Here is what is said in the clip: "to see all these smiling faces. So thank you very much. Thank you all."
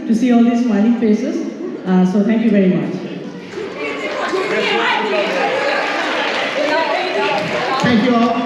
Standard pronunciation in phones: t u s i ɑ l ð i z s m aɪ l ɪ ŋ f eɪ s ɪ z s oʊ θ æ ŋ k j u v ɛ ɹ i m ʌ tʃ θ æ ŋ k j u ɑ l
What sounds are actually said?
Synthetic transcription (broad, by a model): t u s i ɑ l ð i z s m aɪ n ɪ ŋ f eɪ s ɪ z s oʊ t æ ŋ k j u v ɛ ɹ i m ʌ tʃ t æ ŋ k j u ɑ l